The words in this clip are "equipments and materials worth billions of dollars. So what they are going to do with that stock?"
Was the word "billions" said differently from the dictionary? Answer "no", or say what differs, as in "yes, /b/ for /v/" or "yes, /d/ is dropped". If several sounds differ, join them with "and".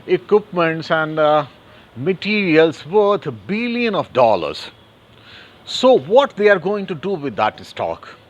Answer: yes, /z/ is dropped